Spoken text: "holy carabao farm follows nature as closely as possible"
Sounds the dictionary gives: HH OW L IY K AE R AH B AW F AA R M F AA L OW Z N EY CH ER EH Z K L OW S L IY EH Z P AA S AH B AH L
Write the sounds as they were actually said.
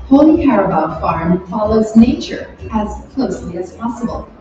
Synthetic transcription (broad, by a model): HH OW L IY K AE R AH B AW F AA R M F AA L OW Z N EY CH ER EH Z K L OW S L IY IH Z P AA S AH B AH L